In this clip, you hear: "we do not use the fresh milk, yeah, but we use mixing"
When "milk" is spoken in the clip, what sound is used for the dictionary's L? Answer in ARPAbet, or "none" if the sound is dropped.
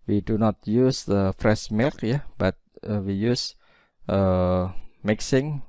L